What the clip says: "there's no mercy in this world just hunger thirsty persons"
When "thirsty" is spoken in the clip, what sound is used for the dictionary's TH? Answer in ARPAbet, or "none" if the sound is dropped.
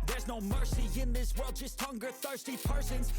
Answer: TH